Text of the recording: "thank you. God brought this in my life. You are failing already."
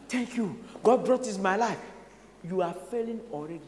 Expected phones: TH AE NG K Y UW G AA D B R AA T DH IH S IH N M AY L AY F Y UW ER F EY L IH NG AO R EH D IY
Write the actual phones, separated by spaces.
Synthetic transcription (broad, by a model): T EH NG K Y UW G AA D B R AA T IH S M AY L AY F Y UW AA F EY L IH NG AO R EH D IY